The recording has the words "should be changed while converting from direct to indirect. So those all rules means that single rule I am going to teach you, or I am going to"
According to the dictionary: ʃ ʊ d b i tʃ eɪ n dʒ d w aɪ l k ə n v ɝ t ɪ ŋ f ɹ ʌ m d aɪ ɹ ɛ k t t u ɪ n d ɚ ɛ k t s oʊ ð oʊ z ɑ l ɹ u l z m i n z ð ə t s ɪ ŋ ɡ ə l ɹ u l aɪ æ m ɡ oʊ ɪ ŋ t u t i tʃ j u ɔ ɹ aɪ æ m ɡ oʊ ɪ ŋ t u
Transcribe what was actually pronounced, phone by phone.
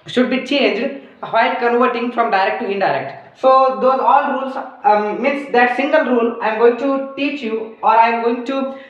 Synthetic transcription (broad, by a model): ʃ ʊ d b i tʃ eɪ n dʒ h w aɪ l k ə n v ɝ t ɪ ŋ f ɹ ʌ m d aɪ ɹ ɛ k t t u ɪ n d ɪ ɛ k t s oʊ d oʊ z ɑ l ɹ u l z m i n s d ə t s ɪ ŋ ɡ ə l ɹ u l aɪ m ɡ oʊ ɪ ŋ t u t i tʃ j u ɔ ɹ aɪ m ɡ oʊ ɪ ŋ t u